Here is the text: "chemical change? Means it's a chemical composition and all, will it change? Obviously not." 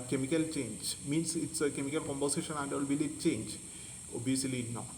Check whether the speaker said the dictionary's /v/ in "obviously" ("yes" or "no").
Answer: no